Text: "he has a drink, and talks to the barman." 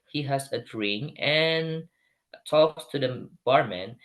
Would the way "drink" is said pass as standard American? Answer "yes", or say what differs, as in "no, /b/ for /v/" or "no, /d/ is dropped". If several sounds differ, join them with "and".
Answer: no, /k/ is dropped